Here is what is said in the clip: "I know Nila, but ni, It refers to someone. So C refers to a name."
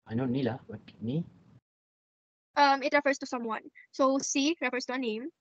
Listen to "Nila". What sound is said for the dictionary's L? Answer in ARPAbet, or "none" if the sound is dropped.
L